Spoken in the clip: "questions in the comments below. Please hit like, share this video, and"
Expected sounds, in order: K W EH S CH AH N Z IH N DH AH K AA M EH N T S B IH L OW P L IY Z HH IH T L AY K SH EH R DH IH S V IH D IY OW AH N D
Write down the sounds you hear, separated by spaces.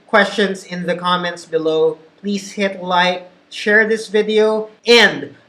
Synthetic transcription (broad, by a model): K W EH S CH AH N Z IH N DH AH K AA M EH N T S B IH L OW P L IY Z HH IH T L AY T SH EH R DH IH S V IH D IY OW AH N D